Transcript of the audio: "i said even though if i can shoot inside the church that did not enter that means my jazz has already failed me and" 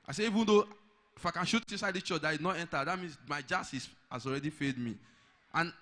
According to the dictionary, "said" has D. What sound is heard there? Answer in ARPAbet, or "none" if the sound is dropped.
none